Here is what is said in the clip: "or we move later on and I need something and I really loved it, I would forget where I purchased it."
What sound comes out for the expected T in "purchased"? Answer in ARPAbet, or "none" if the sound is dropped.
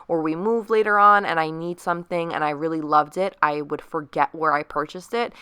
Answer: T